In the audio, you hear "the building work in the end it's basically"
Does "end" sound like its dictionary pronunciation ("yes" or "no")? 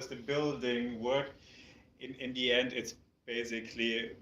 yes